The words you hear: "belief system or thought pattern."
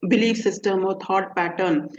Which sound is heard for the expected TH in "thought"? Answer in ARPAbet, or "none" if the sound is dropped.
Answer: T